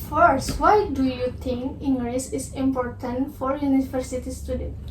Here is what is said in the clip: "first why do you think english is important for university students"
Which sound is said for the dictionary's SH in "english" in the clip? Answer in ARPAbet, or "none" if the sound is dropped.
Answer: S